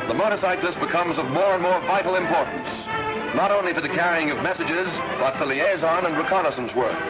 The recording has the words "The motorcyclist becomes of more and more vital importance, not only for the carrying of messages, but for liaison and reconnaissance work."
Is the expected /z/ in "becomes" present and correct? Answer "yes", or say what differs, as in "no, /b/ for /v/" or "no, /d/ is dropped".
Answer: yes